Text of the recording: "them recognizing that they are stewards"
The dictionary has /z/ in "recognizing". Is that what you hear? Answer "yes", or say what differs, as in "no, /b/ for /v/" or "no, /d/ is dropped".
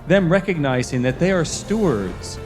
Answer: yes